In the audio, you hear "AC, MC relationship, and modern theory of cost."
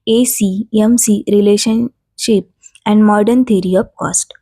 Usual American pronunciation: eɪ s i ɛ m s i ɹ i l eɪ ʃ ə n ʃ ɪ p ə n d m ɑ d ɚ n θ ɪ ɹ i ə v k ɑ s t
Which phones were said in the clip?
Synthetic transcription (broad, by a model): eɪ s i ɛ m s i ɹ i l eɪ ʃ ə n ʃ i p ə n d m ɑ d ɚ n t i ɹ i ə p k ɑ s t